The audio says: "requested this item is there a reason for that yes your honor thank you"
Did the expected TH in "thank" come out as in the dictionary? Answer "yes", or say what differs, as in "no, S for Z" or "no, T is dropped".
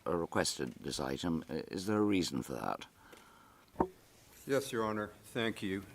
yes